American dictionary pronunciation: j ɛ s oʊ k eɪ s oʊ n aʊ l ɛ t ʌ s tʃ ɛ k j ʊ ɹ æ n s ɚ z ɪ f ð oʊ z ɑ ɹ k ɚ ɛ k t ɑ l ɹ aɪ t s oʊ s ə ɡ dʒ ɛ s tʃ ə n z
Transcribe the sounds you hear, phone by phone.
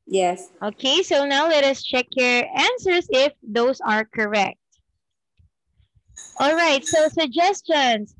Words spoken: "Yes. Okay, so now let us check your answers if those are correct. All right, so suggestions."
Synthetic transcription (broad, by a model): j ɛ s oʊ k eɪ s oʊ n aʊ l ɛ t ʌ s tʃ ɛ k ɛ ɹ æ n s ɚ s ɪ f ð oʊ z ɑ ɹ k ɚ ɛ k t ɑ l ɹ aɪ t s oʊ s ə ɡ dʒ ɛ s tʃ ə n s